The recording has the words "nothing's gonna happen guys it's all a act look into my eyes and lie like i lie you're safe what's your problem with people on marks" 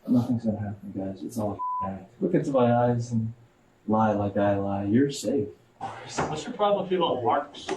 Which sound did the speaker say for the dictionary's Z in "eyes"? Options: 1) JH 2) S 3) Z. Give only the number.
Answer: 3